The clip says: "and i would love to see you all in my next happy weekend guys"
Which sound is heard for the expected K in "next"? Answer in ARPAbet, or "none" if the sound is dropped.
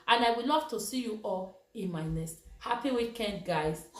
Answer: none